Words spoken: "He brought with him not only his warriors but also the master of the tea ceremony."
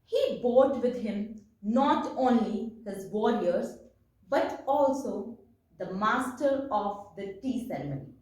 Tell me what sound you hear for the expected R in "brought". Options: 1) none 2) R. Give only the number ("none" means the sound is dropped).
1